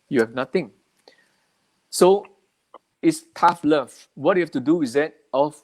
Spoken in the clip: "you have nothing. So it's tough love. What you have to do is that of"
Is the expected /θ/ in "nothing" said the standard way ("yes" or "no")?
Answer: no